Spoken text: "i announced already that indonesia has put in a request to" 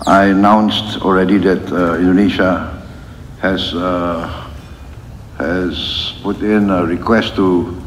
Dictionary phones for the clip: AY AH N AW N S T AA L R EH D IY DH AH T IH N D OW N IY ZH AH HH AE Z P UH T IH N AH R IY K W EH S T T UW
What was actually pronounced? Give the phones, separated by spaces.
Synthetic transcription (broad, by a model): AY AH N AW N S T AA L R EH D IY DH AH T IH N D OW N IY SH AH HH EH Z P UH T IH N AH R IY K W EH S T T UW